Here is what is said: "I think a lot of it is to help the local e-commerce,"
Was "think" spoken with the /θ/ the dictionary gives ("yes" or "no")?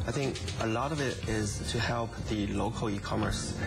yes